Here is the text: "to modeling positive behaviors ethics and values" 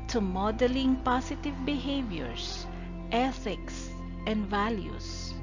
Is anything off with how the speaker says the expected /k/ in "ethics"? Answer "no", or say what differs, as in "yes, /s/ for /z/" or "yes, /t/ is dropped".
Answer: no